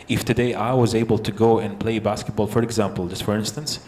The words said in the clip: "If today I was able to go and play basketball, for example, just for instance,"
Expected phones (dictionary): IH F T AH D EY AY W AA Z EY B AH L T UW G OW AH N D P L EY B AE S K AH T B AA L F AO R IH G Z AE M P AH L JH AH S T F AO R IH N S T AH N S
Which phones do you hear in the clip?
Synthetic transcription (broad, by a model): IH F T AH D EY AY W AA Z EY B AH L T UW G OW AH N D P L EY B AE S K AH T B AA L F AO R IH G Z AE M P AH L JH AH S T F AO R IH N S T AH N S